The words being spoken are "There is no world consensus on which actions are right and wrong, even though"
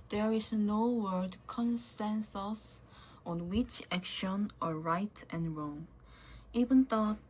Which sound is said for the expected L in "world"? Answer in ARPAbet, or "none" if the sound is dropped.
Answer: none